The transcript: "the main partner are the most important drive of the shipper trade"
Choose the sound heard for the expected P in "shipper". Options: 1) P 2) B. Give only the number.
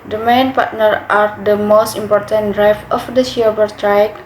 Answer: 2